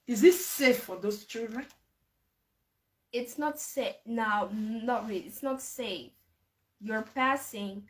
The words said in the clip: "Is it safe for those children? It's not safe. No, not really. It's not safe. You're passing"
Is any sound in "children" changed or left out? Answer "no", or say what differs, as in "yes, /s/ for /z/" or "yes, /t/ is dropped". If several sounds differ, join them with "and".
yes, /l/ is dropped